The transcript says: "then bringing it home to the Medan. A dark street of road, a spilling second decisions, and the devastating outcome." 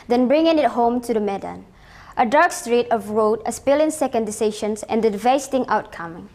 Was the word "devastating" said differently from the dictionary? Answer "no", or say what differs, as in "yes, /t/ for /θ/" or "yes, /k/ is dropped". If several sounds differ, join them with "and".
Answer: yes, /v/ is dropped